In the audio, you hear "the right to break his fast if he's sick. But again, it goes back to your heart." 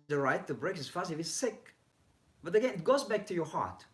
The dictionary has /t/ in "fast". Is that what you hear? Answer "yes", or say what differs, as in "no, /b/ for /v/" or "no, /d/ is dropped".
no, /t/ is dropped